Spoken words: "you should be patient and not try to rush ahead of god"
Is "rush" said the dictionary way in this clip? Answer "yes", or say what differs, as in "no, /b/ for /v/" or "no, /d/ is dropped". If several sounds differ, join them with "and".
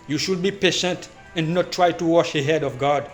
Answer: no, /w/ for /ɹ/